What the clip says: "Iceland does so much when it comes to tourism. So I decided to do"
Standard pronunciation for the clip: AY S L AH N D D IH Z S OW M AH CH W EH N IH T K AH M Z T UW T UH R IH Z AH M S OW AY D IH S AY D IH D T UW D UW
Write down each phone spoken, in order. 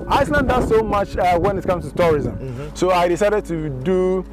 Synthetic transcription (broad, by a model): AY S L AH N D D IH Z S OW M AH CH W EH N IH T K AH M S T UW T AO R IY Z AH M S OW AY D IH S AY D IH D T UW D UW